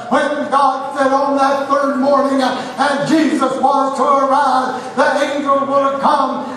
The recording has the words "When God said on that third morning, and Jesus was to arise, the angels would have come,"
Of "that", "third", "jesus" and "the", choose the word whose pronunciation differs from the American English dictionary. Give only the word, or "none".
none